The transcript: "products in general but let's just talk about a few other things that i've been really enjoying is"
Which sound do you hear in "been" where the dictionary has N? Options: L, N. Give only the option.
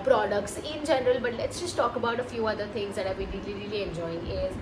L